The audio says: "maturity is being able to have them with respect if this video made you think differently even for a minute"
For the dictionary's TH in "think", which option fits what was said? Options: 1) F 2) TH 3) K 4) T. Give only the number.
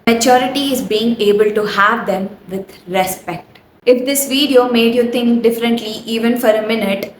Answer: 4